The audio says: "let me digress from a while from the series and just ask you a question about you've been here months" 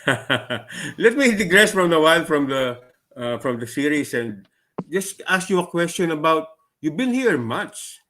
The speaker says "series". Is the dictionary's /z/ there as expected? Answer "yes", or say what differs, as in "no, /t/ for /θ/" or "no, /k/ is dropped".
no, /s/ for /z/